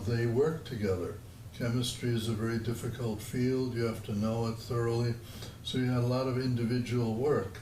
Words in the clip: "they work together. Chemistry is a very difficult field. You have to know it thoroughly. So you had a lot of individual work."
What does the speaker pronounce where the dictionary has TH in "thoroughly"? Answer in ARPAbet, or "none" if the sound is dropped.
TH